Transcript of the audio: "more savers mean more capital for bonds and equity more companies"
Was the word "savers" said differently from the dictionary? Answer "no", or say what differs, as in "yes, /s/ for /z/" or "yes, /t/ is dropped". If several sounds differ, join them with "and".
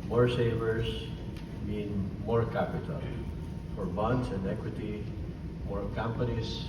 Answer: yes, /s/ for /z/